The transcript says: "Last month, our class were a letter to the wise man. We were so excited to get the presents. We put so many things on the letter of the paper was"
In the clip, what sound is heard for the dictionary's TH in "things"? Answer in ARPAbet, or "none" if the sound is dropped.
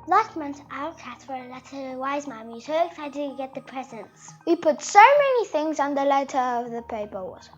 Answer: TH